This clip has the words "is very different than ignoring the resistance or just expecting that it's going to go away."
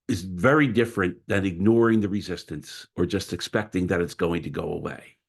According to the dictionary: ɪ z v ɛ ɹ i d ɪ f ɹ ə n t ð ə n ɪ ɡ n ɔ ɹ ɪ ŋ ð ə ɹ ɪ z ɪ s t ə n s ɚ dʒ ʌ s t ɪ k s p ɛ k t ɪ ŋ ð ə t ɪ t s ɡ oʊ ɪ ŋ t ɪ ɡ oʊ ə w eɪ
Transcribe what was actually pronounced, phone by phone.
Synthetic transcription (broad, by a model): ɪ z v ɛ ɹ i d ɪ f ɹ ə n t ð ə n ɪ ɡ n ɔ ɹ ɪ ŋ ð ə ɹ ɪ z ɪ s t ə n s ɚ dʒ ʌ s t ɪ k s p ɛ k t ɪ ŋ ð ə t ɪ t s ɡ oʊ ɪ ŋ t ɪ ɡ oʊ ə w eɪ